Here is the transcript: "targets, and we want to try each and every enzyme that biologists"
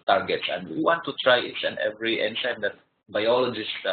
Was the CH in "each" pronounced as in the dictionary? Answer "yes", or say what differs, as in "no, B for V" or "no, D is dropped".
no, S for CH